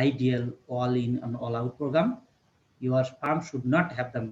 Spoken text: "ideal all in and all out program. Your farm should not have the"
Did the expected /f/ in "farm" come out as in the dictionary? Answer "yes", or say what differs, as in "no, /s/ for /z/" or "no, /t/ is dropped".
no, /p/ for /f/